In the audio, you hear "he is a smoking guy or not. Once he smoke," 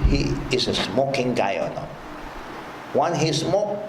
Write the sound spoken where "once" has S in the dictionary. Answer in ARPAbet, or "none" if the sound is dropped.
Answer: none